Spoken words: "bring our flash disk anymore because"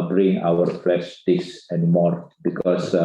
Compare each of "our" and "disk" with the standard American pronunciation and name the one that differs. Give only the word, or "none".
disk